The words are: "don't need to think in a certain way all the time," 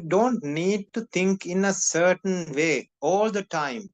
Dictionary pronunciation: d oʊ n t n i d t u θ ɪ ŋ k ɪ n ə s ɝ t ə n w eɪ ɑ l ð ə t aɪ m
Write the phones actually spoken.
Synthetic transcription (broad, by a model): d oʊ n t n i d t u t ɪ ŋ k ɪ n ə s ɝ t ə n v eɪ ɑ l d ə t aɪ m